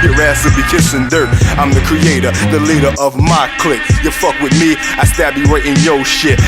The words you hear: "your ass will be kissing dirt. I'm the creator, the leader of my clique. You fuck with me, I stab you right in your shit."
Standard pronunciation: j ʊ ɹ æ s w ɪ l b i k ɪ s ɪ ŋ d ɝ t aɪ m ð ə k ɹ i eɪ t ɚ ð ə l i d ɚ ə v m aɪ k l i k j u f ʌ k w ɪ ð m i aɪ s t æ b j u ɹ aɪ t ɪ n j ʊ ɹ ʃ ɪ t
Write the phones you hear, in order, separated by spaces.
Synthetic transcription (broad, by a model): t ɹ æ s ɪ b i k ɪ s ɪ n d ɝ t aɪ m ð ə k ɹ i eɪ t ɚ ð ə l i d ɚ ə v m aɪ k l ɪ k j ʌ f ʌ k w ɪ ð m i aɪ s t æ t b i ɹ aɪ t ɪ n j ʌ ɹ ʃ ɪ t